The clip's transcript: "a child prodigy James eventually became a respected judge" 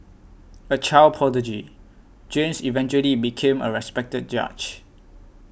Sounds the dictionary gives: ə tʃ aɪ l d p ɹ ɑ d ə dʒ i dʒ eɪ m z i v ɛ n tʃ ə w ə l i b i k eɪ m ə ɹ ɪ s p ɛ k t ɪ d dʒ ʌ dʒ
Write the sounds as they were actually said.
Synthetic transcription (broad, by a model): ə tʃ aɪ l p ɑ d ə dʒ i dʒ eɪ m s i v ɛ n tʃ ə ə l i b i k eɪ m ə ɹ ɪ s p ɛ k t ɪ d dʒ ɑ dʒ